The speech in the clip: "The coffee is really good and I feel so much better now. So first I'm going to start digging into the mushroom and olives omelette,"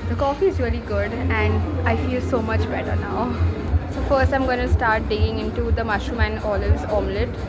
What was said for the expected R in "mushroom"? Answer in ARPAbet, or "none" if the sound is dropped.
none